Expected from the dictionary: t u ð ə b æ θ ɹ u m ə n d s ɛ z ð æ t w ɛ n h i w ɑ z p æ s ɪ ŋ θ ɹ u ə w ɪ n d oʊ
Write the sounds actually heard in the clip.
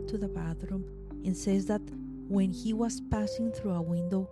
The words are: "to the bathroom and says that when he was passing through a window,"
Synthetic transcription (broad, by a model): t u ð ə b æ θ ɹ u m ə n s ɛ z ð æ t w ɛ n h i w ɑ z p æ s ɪ ŋ θ ɹ u ə w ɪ n d oʊ